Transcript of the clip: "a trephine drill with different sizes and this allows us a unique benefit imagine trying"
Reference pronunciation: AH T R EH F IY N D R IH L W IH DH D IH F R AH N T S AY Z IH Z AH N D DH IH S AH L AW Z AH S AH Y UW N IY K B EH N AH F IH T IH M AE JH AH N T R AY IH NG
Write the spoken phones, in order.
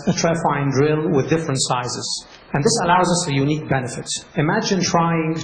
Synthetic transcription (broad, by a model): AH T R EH F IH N D R IH L W IH DH D IH F R AH N T S AY Z IH Z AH N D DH IH S AH L AW Z AH S AH Y UW N IY K B EH N AH F IH T IH M AE JH AH N T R AY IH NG